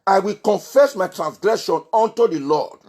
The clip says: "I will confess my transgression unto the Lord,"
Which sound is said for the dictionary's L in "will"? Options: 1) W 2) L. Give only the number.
2